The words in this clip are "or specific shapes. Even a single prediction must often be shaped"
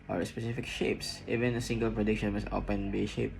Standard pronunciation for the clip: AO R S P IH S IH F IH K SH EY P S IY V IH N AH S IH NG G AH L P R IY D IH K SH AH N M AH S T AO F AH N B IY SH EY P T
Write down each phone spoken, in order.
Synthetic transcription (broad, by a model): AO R S P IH S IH F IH K SH EY P S IY V IH N AH S IH NG G AH L P R IY D IH K SH AH N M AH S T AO P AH N B IY SH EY P